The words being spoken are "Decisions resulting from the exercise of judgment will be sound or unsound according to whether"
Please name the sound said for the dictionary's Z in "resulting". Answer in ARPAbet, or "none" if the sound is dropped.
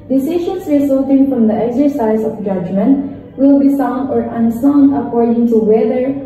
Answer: S